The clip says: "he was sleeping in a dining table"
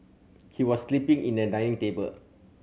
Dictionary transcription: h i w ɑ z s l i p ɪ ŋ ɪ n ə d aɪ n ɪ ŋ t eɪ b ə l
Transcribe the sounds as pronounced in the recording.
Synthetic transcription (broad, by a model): h i w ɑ s l i p ɪ ŋ ɪ n ə d aɪ ɪ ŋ t eɪ b ə l